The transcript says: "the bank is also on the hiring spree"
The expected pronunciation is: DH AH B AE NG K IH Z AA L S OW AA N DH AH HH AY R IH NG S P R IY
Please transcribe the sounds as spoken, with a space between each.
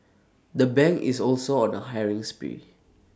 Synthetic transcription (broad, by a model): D AH B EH NG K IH S AA L S OW AA N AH HH AY R IH NG S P IY